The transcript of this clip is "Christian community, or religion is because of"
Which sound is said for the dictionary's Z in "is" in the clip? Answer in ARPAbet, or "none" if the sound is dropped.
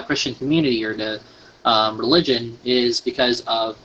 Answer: Z